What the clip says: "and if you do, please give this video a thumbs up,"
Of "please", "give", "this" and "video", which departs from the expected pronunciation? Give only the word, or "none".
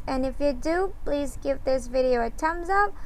none